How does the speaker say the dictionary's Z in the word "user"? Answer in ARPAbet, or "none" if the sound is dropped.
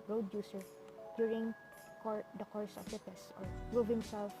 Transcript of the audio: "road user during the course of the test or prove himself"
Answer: S